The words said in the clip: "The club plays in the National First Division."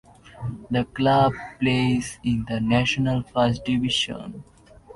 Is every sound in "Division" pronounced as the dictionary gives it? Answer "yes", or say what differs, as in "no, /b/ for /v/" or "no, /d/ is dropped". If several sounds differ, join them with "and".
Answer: no, /ʃ/ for /ʒ/